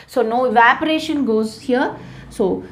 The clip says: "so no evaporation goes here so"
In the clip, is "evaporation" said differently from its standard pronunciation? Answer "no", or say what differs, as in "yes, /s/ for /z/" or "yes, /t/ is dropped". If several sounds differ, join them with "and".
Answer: no